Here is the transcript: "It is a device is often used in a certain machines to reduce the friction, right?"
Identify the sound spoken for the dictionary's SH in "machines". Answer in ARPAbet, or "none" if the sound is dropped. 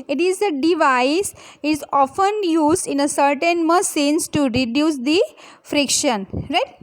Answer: S